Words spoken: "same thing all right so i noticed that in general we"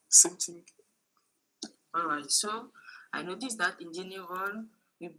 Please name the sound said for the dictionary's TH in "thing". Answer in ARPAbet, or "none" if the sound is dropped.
T